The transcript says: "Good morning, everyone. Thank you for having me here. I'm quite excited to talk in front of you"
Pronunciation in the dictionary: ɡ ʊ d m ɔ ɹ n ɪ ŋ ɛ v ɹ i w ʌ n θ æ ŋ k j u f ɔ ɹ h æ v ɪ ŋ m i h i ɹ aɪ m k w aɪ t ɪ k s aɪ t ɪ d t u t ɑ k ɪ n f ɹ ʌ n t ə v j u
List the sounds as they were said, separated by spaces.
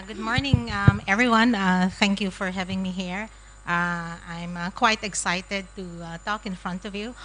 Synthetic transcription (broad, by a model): ɡ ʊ d m ɔ ɹ n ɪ ŋ ɛ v ɹ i w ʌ n θ æ ŋ k j u f ɔ ɹ h æ v ɪ ŋ m i h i ɹ aɪ m k w aɪ t ɪ k s aɪ t ɪ d t u t ɑ k ɪ n f ɹ ʌ n t ə v j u